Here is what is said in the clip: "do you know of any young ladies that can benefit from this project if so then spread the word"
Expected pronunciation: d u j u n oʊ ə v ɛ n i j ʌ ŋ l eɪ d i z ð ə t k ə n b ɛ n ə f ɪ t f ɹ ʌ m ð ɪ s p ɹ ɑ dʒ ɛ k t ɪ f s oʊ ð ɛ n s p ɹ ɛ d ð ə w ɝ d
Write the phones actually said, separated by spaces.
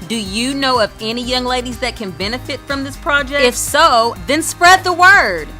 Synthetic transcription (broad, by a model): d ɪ j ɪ n oʊ ə v ɛ n i j ʌ ŋ l eɪ d i z ð ə t k ə n b ɛ n ə f ɪ t f ɹ ʌ m ð ɪ s p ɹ ɑ dʒ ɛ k ɪ f s oʊ ð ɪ n s p ɹ ɛ d ð ə w ɝ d